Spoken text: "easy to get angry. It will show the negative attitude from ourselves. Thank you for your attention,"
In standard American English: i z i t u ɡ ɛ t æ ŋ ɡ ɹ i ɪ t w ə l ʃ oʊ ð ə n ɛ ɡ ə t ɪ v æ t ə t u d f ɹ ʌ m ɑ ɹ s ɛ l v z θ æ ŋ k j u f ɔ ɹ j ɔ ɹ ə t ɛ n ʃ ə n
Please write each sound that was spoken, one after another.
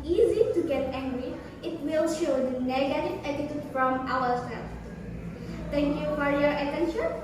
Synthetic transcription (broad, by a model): i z i t u ɡ ɛ t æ ŋ ɡ ɹ i ɪ t w ə l ʃ oʊ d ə n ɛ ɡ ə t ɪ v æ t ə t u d f ɹ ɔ m ɑ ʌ s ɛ l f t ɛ ŋ k j u f ɔ ɹ j ɔ ɹ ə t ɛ n ʃ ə n